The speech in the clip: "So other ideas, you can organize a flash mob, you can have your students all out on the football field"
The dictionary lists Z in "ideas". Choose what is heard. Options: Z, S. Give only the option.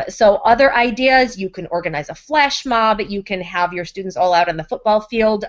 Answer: Z